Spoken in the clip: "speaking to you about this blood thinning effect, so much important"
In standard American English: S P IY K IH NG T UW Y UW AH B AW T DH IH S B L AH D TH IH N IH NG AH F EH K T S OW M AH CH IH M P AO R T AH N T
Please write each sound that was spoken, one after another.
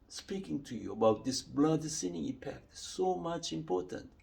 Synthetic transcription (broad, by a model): S P IY K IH NG T UW Y UW AH B AW T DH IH S B L AH D S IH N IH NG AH P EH K T S OW M AH CH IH M P AO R T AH N T